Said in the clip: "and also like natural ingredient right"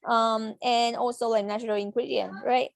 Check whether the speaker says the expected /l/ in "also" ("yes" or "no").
yes